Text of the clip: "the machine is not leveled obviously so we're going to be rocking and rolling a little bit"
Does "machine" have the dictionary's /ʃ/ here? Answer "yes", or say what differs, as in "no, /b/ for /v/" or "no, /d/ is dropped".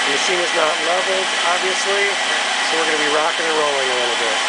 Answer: no, /s/ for /ʃ/